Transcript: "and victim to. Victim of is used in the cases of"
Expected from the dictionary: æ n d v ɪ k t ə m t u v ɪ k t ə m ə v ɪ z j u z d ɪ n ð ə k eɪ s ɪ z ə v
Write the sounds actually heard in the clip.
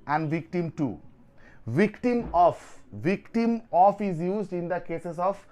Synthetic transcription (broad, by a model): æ n d v ɪ k t ə m t u v ɪ k t ə m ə v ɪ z j u z d ɪ n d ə k eɪ s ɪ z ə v